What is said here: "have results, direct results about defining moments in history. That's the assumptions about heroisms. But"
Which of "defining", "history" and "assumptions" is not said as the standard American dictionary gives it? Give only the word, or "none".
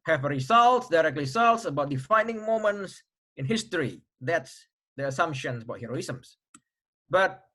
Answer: assumptions